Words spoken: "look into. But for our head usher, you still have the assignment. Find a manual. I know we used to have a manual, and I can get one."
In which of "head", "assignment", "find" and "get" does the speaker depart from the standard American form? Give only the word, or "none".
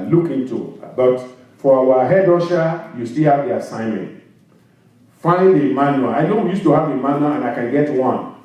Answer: find